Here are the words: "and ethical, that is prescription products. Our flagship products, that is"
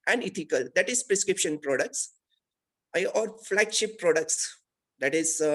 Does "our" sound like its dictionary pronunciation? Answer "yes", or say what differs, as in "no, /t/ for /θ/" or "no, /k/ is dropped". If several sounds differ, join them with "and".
yes